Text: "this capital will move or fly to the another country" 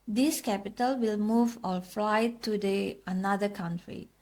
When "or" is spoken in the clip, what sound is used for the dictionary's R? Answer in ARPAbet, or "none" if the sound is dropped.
L